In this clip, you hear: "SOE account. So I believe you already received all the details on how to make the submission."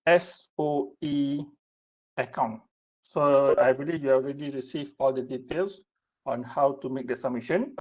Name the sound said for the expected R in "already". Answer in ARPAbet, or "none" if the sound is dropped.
R